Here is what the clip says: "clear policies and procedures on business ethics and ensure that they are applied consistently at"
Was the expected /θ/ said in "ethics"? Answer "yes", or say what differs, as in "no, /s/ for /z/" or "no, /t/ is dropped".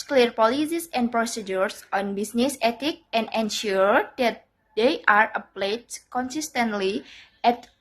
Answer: no, /t/ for /θ/